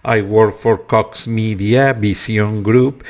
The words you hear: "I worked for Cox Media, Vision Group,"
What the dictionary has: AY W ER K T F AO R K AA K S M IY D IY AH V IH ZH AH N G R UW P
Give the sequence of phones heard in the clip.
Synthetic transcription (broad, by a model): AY W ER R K F AO R K AA K S M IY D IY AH B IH S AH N G R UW P